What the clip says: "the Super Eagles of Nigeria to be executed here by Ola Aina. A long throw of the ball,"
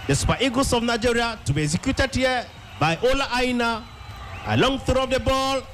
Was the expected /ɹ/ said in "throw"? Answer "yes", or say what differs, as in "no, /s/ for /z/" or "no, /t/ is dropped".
no, /ɹ/ is dropped